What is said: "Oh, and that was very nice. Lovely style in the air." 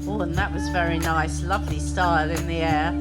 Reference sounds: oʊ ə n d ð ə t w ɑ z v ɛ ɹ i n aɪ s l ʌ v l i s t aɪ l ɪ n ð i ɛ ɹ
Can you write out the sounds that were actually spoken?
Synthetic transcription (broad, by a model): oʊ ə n ð ə t w ɑ z v ɛ ɹ i n aɪ s l ʌ v l i s t aɪ l ɪ n ð i ɛ